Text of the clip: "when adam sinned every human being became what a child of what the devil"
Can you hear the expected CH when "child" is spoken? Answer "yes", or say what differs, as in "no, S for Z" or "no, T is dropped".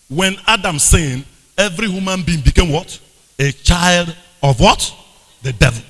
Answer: yes